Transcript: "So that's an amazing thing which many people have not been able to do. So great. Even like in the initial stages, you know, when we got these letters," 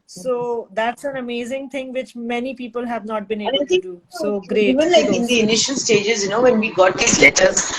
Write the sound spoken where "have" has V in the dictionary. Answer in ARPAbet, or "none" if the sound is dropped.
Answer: V